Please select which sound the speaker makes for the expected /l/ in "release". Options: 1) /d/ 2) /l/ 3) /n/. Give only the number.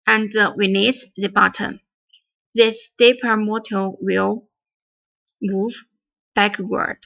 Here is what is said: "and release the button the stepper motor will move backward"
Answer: 3